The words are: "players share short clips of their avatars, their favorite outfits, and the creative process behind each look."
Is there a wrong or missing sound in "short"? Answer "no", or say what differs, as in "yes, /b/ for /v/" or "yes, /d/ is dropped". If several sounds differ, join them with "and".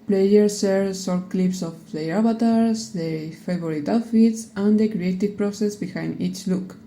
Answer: yes, /s/ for /ʃ/